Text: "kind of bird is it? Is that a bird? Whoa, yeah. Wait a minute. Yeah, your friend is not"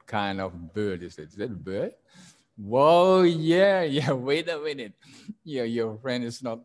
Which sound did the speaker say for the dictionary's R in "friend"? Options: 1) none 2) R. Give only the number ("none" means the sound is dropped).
2